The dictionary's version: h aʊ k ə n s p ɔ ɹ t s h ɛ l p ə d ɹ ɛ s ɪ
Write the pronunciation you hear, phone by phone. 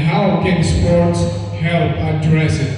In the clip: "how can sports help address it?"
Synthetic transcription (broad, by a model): h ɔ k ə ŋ s p ɔ ɹ t s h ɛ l ə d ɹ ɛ s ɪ